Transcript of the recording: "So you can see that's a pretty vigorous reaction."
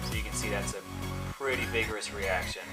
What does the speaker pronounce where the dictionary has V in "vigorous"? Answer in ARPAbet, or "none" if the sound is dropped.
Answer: V